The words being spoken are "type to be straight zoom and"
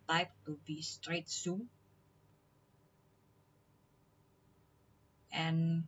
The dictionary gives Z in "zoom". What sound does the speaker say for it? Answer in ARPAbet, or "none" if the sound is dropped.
S